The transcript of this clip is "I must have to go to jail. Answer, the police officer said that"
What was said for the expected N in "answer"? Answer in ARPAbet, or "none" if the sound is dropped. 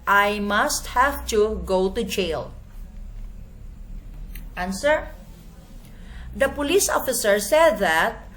N